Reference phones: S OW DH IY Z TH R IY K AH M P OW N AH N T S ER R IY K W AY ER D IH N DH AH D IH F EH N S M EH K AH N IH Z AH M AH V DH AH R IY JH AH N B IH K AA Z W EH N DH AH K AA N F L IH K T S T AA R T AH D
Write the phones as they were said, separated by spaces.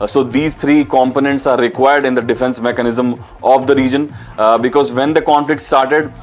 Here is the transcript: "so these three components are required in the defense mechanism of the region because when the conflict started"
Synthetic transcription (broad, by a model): S OW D IY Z T R IY K AH M P OW N AH N T S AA R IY K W AY ER D IH N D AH D IH F EH N S M EH K AH N IH Z AH M AH V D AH R IY JH AH N B IH K AA Z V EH N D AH K AA N F L IH K T S T AA R T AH D